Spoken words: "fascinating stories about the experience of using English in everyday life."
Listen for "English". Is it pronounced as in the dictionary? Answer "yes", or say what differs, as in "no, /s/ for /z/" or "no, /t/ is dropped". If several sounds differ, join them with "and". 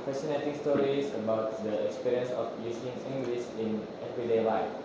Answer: no, /s/ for /ʃ/